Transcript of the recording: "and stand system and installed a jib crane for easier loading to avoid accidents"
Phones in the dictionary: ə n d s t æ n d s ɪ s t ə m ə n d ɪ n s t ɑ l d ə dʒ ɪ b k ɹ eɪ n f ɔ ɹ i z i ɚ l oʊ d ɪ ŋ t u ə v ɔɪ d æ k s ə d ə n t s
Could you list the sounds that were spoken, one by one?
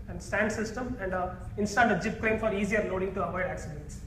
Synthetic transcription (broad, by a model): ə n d s t æ n d s ɪ s t ə m ə n d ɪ n s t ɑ d ə dʒ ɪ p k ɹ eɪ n f ɔ ɹ i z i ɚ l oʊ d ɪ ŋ t u ə v ɔɪ d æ k s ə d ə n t s